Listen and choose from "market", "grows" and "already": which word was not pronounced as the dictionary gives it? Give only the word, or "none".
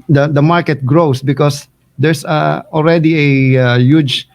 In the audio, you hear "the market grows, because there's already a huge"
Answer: grows